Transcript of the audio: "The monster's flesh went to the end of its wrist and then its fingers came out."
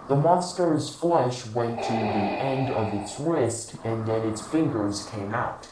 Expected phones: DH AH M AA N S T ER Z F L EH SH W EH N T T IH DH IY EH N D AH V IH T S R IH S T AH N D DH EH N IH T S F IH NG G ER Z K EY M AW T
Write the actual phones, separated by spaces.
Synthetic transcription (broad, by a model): DH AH M AA N S T ER Z F L EH SH W EH N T T IH DH IY EH N D AH V IH T S R IH S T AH N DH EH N IH T S F IH NG G ER Z K EY M AW T